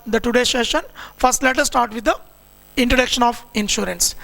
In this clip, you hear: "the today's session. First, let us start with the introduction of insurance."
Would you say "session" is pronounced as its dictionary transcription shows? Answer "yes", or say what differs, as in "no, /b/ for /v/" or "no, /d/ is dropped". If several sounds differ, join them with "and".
yes